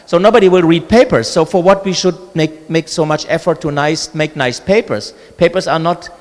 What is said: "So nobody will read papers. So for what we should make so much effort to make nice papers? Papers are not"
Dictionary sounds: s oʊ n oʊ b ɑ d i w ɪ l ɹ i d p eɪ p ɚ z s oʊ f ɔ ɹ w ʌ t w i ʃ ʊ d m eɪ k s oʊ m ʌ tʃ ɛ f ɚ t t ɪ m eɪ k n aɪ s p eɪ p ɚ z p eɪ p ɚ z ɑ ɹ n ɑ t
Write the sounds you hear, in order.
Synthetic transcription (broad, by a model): s oʊ n oʊ b ɑ d i w ɪ l ɹ i d p eɪ p ɚ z s oʊ f ɔ ɹ w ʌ t w i ʃ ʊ d m eɪ k s oʊ m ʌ tʃ ɛ f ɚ t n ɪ m eɪ k n aɪ s p eɪ p ɚ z p eɪ p ɚ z ɑ ɹ n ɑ t